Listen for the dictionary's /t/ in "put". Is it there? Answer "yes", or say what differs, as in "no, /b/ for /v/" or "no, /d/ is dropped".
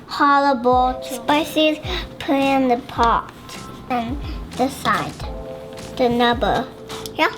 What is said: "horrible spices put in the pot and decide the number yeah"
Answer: no, /t/ is dropped